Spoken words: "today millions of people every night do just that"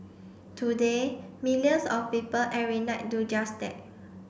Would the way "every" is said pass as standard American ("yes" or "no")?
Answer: no